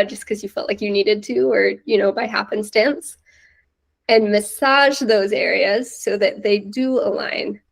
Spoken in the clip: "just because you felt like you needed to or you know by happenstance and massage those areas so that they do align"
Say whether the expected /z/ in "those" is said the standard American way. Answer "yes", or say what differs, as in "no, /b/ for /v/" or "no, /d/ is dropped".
yes